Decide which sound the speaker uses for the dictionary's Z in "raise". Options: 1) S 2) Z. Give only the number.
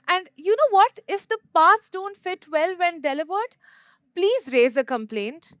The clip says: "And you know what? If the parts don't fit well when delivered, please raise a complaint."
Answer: 2